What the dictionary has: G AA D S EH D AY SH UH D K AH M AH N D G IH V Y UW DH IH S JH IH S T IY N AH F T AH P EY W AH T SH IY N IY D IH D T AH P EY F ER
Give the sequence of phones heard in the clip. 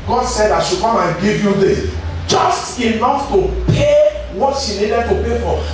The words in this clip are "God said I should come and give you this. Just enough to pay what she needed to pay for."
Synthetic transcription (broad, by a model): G AA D S EH D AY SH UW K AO M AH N G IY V Y UW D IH JH IH S T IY N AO F T AH P EY W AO T SH IY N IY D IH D T AH P EY F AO